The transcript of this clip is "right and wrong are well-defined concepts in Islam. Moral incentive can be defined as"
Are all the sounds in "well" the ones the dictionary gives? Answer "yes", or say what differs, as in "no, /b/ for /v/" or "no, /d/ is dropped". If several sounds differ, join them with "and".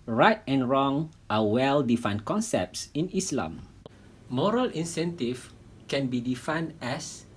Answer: yes